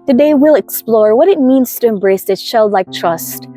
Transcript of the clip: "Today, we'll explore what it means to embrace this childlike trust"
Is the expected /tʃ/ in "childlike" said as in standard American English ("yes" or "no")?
no